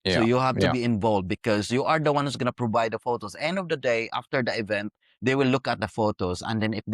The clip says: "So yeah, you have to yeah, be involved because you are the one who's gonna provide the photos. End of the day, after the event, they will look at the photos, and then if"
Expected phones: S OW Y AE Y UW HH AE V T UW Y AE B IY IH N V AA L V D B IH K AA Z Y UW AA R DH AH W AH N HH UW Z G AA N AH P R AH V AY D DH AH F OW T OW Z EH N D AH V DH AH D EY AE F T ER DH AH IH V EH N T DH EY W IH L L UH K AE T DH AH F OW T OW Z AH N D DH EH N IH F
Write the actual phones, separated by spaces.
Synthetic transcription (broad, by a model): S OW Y Y UW HH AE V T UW B IY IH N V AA L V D B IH K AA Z Y UW AA R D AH W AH N HH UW S G AA N AH P R AH V AY D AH F OW T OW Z EH N D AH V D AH D EY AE F T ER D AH IH V EH N T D EY W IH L L UH K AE T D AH F OW T OW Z AH N D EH N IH